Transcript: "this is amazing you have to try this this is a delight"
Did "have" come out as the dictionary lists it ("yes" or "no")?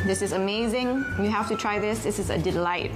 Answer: no